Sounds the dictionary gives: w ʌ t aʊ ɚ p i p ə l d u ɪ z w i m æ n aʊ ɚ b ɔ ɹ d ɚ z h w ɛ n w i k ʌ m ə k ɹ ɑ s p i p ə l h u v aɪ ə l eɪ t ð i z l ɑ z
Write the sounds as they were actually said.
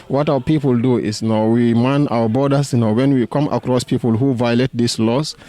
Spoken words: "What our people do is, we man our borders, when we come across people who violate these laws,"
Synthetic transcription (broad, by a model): w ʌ t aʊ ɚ p i p ə l d u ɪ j w i m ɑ n aʊ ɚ b ɔ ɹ d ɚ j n w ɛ n w i k ʌ m ə k ɹ ɑ s p i p ə l h u v aɪ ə l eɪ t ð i s l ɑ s